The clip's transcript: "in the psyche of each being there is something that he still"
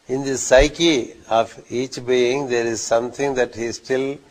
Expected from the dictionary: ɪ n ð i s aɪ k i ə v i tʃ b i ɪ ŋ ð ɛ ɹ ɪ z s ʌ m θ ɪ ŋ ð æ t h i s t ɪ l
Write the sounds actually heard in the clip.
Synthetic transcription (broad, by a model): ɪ n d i s aɪ k i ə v i tʃ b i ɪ ŋ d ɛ ɹ ɪ z s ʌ m t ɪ ŋ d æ t h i s t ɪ l